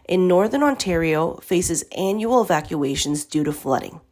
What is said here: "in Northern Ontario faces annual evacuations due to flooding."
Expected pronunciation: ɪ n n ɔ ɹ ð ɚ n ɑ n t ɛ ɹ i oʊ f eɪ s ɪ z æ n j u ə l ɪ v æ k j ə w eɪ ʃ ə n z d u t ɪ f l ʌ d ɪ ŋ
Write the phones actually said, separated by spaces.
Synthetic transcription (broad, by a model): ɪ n n ɔ ɹ ð ɚ n ɑ n t ɛ ɹ i oʊ f eɪ s ɪ z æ n j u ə l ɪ v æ k j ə eɪ ʃ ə n z d u t ɪ f l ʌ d ɪ ŋ